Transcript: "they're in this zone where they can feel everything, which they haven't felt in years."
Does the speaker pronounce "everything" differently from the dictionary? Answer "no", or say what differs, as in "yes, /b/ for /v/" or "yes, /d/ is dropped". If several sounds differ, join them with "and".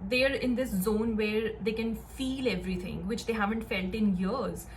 yes, /t/ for /θ/